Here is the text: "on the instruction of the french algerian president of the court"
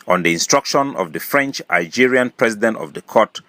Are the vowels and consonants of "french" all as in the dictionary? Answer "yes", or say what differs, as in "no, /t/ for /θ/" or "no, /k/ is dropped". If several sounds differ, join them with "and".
yes